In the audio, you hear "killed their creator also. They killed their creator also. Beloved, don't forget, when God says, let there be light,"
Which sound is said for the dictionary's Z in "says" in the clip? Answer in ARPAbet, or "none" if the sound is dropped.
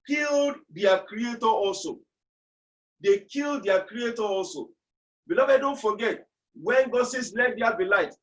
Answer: S